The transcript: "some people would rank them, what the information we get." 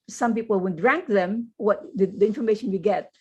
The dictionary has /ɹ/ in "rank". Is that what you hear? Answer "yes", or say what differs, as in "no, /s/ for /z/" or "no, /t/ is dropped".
yes